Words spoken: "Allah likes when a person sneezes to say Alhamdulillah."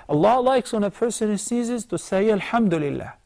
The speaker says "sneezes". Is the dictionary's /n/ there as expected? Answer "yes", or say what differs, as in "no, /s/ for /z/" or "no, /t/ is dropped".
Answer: no, /n/ is dropped